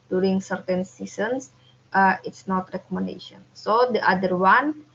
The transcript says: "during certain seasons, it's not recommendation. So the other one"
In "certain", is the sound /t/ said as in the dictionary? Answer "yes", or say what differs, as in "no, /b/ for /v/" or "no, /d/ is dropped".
yes